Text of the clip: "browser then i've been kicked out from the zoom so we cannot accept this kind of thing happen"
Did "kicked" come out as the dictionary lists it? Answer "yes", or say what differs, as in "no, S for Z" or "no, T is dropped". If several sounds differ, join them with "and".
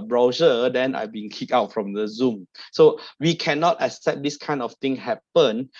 no, T is dropped